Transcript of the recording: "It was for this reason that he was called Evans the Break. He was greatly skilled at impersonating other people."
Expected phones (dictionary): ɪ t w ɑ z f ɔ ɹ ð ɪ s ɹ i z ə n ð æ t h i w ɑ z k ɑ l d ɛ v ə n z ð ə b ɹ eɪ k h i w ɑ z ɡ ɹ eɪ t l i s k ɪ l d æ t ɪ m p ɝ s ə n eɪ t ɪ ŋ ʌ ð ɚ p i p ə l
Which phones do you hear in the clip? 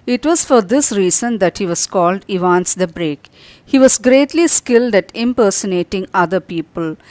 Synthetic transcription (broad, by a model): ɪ t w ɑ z f ɔ ɹ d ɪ s ɹ i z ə n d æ t h i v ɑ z k ɑ l d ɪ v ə n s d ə b ɹ eɪ k h i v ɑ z ɡ ɹ eɪ t l i s k ɪ l d æ t ɪ m p ɝ s ə n eɪ t ɪ ŋ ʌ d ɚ p i p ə l